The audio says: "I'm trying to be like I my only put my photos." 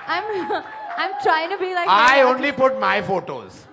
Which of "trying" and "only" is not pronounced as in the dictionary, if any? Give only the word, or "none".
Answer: none